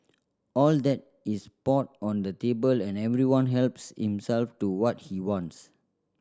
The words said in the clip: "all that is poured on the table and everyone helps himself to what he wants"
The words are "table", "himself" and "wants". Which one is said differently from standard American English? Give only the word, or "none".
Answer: none